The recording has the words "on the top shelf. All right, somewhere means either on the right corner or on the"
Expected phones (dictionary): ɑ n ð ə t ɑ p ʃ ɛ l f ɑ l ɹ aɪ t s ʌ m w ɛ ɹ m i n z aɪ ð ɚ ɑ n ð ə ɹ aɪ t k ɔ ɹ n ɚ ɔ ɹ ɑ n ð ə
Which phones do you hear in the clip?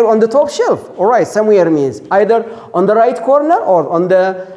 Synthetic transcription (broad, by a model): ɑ n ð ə t ɑ p ʃ ɛ l f ɑ l ɹ aɪ t s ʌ m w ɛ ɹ m i n z aɪ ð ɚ ɑ n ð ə ɹ aɪ t k ɔ ɹ n ɚ ɔ ɹ ɑ n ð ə